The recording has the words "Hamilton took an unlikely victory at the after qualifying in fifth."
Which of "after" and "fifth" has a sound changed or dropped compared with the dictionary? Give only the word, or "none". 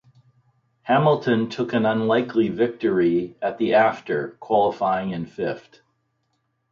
fifth